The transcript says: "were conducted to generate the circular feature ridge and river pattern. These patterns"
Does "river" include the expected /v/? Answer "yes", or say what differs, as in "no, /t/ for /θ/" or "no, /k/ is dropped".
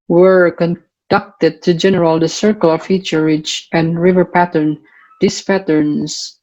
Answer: yes